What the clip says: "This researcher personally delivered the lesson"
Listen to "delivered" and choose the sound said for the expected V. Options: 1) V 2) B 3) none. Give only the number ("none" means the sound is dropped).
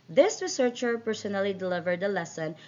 1